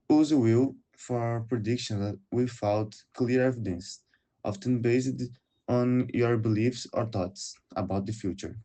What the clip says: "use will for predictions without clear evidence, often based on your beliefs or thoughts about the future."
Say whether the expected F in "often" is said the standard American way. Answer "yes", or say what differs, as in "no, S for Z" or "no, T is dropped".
yes